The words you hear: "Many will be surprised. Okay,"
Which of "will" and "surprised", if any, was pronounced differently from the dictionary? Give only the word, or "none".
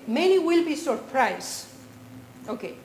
surprised